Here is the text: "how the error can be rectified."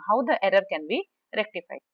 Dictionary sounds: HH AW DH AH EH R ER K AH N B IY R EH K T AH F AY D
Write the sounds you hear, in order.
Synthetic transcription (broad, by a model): HH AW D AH EH R ER K AH N B IY R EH K T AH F AY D